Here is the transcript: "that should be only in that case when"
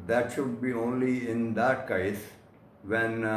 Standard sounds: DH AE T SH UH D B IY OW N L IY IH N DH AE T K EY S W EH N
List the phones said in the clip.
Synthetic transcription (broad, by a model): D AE T SH UH D B IY OW N L IY IH N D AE T K EY S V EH N